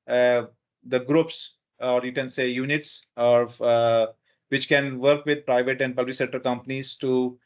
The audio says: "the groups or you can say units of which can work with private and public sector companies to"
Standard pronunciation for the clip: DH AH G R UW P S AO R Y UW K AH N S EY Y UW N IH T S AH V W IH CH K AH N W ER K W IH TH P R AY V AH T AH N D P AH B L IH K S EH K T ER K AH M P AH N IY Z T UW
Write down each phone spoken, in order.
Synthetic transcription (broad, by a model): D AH G R UW P S AO R Y UW K AH N S EY Y UW N IH T S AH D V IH CH K AH N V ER K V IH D P R AY V AH T AH N D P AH L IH S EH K T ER K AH M P AH N IY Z T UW